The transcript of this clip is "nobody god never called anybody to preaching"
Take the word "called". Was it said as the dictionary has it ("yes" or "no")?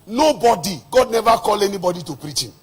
no